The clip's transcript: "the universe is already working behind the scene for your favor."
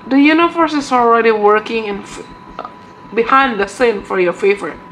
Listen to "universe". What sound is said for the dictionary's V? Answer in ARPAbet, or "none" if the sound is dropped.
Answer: F